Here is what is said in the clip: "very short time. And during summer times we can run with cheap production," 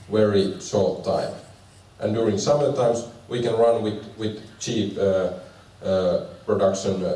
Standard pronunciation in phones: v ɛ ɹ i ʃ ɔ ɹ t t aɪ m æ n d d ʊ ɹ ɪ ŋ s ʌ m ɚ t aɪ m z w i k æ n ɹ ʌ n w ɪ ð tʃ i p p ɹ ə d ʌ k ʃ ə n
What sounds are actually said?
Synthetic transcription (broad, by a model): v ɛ ɹ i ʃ ɔ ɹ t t aɪ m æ n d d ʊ ɹ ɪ ŋ s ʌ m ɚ t aɪ m s w i k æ n ɹ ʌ n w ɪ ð tʃ i p p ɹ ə d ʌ k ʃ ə n